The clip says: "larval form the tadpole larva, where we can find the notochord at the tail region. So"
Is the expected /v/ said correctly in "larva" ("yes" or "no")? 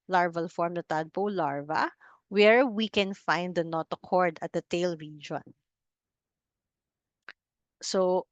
yes